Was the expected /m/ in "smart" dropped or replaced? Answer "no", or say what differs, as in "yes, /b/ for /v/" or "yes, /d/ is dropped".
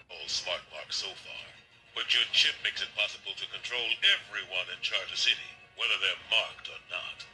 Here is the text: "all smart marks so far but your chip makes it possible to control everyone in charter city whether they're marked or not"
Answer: no